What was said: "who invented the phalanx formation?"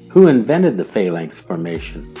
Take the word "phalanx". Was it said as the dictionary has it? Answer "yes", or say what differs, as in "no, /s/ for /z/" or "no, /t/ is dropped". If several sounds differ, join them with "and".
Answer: no, /k/ is dropped